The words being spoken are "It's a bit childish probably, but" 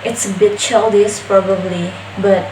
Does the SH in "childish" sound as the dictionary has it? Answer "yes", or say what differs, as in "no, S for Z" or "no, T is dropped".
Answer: no, S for SH